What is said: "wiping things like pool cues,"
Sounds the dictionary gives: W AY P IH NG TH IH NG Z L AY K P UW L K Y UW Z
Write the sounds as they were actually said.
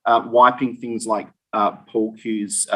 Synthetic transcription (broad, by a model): W AY P IH NG TH IH NG Z L AY K P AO L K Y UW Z